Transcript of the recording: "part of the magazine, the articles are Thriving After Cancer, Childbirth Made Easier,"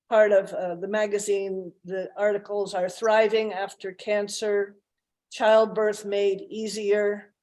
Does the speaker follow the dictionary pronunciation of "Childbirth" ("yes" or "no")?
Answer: yes